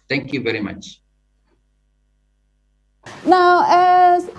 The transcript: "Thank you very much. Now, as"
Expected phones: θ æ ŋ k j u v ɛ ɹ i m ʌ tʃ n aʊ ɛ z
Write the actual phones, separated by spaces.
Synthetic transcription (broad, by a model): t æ ŋ k j u v ɛ ɹ i m ʌ tʃ n aʊ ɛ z